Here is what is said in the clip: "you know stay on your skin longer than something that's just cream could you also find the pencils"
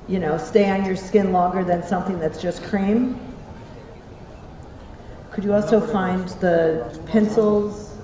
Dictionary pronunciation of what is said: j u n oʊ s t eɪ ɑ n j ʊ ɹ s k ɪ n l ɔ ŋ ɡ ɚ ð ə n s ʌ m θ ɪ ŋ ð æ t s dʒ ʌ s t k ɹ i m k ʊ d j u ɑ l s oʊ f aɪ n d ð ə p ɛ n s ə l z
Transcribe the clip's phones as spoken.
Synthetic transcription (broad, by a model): j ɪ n oʊ s t eɪ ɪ n j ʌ ɹ s k ɪ n l ɔ ŋ ɡ ɚ ð ə n s ʌ m θ ɪ ŋ ð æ t s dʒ ʌ s k ɹ i m k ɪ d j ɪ ɑ l s oʊ f aɪ n ð ə p ɛ n s l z